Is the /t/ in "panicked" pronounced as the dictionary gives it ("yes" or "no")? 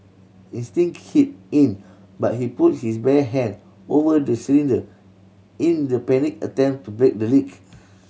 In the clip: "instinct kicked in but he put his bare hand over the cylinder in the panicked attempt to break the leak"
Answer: no